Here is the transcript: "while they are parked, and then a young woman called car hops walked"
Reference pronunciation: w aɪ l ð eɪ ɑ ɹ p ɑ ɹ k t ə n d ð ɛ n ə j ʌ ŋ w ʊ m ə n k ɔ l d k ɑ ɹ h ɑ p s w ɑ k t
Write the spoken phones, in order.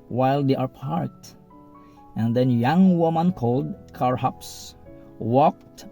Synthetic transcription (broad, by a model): w aɪ l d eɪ ɑ ɹ p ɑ ɹ t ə n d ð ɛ n j ʌ ŋ w ʊ m ə n k ɔ l d k ɑ ɹ h ɑ p s w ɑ k t